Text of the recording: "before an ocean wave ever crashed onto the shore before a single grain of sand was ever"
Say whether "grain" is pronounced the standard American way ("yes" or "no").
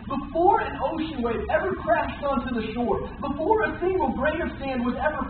no